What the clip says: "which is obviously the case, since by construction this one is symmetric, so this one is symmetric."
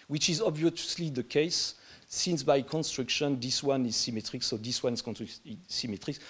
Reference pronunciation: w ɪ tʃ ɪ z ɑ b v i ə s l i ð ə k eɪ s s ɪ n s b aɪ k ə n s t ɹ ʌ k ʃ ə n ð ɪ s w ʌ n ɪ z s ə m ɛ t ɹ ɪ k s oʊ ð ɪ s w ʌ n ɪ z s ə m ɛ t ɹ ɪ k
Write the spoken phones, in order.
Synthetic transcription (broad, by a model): w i tʃ ɪ z ɑ b v i ə s l i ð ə k eɪ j s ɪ n s b aɪ k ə n s t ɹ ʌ k ʃ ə n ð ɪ s w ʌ n ɪ z s ə m ɛ t ɹ ɪ k s oʊ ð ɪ s w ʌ n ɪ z s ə m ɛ t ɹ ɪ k